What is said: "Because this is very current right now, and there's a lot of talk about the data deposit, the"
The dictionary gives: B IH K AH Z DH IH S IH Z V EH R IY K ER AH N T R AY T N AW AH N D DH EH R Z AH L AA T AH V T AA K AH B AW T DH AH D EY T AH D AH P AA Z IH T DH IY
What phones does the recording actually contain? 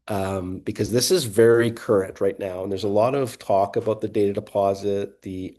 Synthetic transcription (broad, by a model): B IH K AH Z DH IH S IH Z V EH R IY K ER AH N T R AY T N AW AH N DH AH R Z AH L AA T AH V T AA K AH B AW T DH AH D EY T AH D AH P AA Z IH T DH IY